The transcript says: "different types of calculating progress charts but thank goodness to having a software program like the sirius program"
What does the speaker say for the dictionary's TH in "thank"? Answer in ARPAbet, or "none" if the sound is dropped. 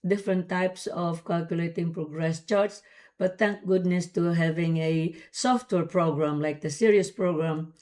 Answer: T